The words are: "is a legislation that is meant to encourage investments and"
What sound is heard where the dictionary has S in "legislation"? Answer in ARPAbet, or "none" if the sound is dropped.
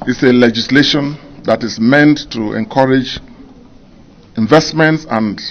S